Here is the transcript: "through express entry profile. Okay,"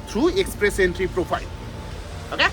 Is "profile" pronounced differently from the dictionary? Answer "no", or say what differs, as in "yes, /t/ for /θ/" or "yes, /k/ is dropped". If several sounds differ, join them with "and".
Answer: yes, /p/ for /f/